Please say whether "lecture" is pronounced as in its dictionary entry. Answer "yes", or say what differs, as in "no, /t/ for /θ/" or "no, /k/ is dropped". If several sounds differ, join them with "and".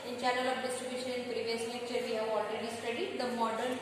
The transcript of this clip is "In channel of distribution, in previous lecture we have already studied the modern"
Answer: no, /n/ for /l/ and /k/ is dropped